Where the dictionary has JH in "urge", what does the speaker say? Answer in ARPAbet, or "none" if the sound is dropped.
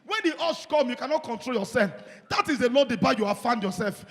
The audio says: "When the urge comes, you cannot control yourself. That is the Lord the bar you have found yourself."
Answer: SH